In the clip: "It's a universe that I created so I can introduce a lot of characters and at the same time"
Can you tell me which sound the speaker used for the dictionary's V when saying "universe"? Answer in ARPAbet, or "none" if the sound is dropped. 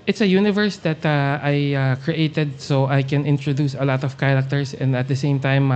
V